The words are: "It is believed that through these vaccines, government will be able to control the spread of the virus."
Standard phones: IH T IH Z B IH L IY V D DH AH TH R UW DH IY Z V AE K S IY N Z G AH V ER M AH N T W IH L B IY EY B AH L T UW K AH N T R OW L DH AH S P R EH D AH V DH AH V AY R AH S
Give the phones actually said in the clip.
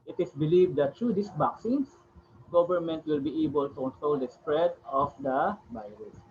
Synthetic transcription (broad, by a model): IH T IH S B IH L IY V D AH T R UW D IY S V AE K S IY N S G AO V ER M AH N T W IH L B IY EY B AH L T UW K AH N T R OW L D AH S P R EH D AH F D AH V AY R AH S